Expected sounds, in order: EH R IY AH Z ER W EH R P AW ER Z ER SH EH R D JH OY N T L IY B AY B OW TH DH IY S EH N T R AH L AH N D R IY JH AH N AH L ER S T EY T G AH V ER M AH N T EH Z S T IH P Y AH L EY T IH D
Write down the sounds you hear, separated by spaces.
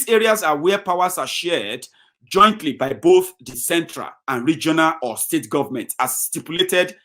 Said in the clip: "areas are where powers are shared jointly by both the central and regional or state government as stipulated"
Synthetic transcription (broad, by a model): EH R IY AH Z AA W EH P AW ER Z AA SH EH D JH OY N T L IY B AY B OW TH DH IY S EH N T R AH L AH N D R IY JH AH N AH L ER S T EY T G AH V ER M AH N T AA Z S T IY P Y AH L EY T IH D